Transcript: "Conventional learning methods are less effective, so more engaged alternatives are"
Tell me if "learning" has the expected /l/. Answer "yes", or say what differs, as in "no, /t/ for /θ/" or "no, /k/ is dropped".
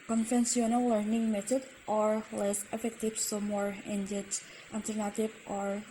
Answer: yes